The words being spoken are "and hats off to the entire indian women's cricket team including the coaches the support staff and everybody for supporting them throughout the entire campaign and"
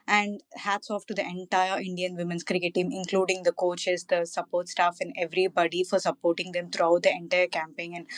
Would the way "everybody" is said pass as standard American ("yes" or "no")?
yes